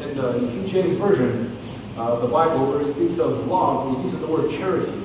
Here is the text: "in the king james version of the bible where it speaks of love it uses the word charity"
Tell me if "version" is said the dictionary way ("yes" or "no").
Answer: yes